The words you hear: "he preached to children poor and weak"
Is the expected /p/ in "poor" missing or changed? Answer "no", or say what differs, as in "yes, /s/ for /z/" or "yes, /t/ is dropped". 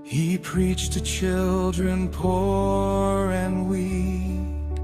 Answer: no